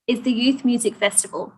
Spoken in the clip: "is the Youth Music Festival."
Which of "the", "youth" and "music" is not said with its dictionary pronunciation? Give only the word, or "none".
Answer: none